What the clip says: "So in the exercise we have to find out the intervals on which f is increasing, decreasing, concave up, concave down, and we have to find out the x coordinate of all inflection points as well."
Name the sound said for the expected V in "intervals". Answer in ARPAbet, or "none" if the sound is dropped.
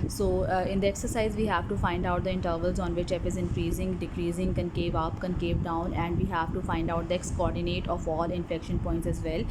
V